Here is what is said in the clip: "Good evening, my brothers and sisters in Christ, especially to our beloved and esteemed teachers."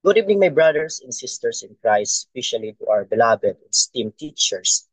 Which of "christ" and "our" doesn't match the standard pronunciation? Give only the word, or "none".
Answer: christ